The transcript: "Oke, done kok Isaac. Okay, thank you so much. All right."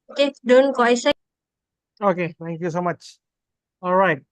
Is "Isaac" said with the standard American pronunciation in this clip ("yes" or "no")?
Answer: no